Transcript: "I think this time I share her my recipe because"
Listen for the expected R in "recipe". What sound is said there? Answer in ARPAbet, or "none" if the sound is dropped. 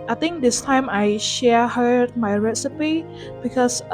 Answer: R